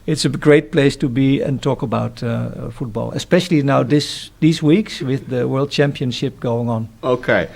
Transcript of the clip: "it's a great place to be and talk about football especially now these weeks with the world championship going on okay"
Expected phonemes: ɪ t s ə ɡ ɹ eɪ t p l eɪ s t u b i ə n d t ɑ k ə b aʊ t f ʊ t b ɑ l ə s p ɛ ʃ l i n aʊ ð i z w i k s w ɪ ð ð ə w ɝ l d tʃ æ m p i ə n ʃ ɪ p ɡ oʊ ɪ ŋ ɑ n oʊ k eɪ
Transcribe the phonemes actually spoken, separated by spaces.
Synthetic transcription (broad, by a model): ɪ t s ə ɡ ɹ eɪ t p l eɪ s t u b i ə n t ɑ k ə b aʊ t f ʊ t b ɑ l ə s p ɛ ʃ l i n aʊ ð i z w i k s w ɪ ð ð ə w ɝ l d tʃ æ m p i ə n ʃ ɪ p ɡ oʊ ɪ ŋ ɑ n oʊ k eɪ